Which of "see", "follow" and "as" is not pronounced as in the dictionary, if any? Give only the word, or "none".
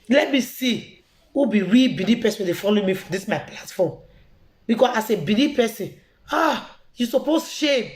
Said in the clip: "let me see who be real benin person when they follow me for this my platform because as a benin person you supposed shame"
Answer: as